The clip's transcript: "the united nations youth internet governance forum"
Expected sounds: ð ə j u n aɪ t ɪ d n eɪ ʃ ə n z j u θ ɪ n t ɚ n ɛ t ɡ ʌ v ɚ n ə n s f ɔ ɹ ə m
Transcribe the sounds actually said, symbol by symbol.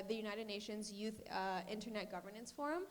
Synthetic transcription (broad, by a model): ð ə j u n aɪ t ɪ d n eɪ ʃ ə n z j u θ ɪ n t ɚ n ɛ t ɡ ʌ v ɚ n ə n s f ɔ ɹ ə m